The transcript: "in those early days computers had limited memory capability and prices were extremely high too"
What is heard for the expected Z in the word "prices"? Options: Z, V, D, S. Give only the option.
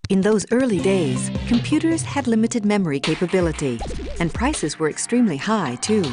Z